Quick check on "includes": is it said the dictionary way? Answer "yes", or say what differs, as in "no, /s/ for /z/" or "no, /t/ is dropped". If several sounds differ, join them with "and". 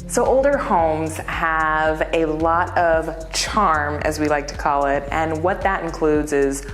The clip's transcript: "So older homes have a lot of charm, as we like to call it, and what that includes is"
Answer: yes